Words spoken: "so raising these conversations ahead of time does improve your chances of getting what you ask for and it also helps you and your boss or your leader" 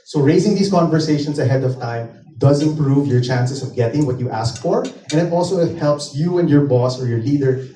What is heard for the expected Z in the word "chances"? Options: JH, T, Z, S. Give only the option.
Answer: S